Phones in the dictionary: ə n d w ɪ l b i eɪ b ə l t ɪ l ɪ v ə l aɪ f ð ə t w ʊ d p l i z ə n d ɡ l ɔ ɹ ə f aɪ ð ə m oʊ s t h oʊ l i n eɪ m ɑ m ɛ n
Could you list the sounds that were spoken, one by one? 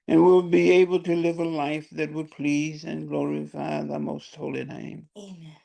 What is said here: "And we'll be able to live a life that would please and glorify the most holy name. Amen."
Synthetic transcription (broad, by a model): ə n w ɪ l b i eɪ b l t ɪ l ɪ v ə l aɪ f ð ə t w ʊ d p l i z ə n ɡ l ɔ ɹ ə f aɪ ð ə m oʊ s t h oʊ l i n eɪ ɑ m